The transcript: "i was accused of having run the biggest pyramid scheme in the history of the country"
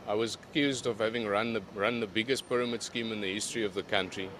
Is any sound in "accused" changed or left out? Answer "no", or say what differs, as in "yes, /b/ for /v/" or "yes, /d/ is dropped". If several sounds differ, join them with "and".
no